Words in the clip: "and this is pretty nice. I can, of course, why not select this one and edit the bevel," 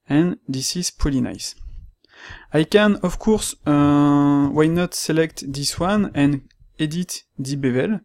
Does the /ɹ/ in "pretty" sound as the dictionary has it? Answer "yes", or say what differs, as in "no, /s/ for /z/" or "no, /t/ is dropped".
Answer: no, /ɹ/ is dropped